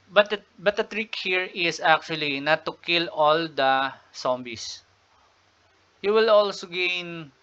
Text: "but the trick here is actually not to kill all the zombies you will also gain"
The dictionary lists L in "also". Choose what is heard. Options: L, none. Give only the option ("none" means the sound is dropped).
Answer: L